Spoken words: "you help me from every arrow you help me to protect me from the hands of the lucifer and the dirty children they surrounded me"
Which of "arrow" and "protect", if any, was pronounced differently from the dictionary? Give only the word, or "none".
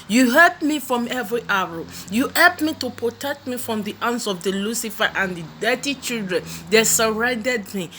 arrow